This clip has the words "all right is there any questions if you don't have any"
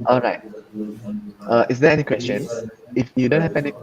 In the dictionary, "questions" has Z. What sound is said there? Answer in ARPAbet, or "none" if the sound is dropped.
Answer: none